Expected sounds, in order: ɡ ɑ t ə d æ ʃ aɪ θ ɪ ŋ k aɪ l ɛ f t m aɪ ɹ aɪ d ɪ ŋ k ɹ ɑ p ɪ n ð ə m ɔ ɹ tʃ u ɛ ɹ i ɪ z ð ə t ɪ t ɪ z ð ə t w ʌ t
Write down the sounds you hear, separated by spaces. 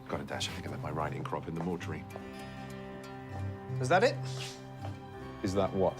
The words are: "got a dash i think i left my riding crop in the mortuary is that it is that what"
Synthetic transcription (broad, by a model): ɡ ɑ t ə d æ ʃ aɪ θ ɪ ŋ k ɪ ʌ t m aɪ ɹ aɪ d ɪ ŋ k ɹ ɑ p ɪ n ð ə m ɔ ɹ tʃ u ɹ i ɪ z ð ə t ɪ t ɪ z ð ə t w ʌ t